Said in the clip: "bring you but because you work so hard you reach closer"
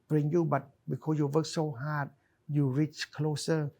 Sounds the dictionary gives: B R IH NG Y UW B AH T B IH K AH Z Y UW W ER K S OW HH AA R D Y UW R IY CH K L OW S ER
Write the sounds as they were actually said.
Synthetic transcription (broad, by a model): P R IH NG Y UW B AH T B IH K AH Y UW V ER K S OW HH AA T Y UW R IY CH K L OW S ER